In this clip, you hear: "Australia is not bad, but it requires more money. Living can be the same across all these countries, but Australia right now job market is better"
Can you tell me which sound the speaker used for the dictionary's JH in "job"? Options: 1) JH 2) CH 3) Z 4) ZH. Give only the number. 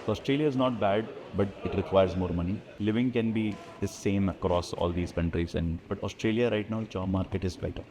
2